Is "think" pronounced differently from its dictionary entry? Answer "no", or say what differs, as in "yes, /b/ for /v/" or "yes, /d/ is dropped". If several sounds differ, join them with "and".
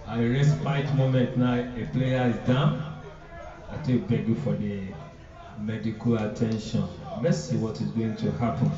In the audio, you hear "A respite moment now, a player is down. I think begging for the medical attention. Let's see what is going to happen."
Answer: yes, /t/ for /θ/ and /ŋ/ is dropped